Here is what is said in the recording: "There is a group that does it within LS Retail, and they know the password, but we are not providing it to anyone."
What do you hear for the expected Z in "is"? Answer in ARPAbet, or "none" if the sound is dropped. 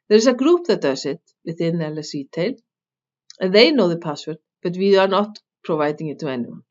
S